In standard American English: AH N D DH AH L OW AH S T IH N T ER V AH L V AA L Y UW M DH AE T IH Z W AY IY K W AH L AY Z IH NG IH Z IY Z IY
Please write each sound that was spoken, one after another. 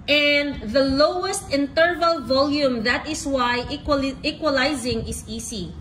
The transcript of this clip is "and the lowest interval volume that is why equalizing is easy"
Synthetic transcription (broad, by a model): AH N D DH AH L OW AH S T IH N T ER V AH L V AA L Y UW M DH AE T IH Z W AY IY K W AH L AY Z IH NG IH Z IY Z IY